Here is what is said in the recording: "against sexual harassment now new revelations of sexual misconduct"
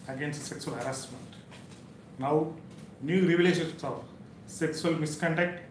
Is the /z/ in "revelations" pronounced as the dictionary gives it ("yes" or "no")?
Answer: no